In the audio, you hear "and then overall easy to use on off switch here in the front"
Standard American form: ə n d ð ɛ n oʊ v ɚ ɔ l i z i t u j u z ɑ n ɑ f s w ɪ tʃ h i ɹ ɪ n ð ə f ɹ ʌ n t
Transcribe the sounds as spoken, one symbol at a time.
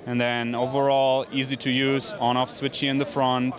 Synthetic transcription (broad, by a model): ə n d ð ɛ n oʊ v ɚ ɔ l i z i t u j u z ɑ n ɑ f s w ɪ tʃ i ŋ ɪ n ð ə f ɹ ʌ n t